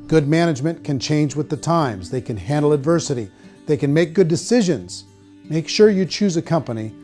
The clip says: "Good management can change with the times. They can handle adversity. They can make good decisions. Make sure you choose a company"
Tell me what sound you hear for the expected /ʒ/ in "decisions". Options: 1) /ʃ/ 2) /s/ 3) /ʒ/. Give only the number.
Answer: 3